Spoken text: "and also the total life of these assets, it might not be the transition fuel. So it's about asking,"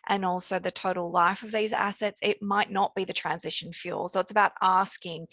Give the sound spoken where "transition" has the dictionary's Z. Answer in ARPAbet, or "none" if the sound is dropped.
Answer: Z